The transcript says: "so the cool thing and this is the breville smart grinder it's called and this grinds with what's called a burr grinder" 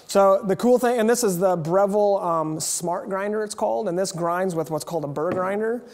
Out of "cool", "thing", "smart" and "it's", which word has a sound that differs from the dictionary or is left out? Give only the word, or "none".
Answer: none